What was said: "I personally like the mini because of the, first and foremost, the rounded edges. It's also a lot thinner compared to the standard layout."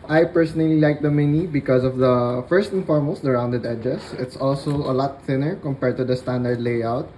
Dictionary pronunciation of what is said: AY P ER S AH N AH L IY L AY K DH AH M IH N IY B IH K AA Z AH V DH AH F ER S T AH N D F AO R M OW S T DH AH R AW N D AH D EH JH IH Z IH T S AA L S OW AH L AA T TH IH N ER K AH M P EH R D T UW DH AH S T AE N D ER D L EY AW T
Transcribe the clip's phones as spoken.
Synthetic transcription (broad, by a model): AY P ER S AH N AH L IY L AY K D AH M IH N IY B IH K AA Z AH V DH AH F ER S T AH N F AO R M OW S T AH R AW N D AH D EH JH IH S IH T S AA L S OW AH L AA T TH IH N ER K AH M P EH R D T UW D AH S T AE N D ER D L EY AW T